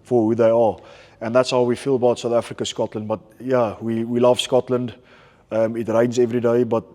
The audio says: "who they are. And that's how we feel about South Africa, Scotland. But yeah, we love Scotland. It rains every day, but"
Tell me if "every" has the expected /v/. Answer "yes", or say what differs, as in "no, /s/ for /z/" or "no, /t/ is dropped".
yes